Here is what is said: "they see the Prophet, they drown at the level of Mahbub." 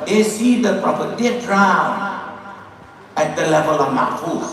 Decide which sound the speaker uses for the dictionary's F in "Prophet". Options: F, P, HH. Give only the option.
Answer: P